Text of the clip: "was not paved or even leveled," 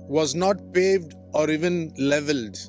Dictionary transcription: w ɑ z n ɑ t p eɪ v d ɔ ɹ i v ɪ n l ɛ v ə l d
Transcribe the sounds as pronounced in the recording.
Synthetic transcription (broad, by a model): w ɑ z n ɑ t p eɪ v d ɔ ɹ i v ɪ n l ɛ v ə l d